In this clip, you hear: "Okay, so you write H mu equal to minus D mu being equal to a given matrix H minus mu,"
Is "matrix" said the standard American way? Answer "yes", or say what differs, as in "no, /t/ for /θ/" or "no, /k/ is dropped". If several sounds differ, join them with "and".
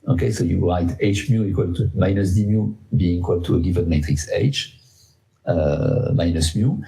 yes